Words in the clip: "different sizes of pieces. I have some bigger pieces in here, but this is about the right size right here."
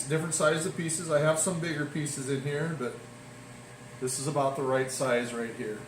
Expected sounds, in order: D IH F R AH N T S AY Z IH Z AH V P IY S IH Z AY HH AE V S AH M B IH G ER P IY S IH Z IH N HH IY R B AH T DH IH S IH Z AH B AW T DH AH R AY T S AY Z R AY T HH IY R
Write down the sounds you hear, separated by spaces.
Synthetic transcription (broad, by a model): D IH F R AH N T S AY IH Z AH V P IY S IH Z AY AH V S AH M B IH G ER P IY S IH Z IH N HH IY R B AH T DH IH S IH Z AH B AW T DH AH R AY T S AY Z R AY T HH IY R